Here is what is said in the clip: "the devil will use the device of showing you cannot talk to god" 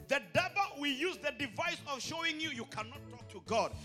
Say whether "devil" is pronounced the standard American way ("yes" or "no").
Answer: no